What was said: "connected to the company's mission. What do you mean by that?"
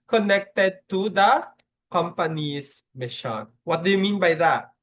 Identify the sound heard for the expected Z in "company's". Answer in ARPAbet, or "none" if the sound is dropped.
S